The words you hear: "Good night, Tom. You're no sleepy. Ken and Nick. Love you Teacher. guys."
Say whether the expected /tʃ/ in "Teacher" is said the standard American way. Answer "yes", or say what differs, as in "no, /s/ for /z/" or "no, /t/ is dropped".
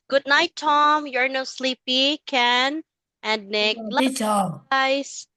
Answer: no, /tʃ/ is dropped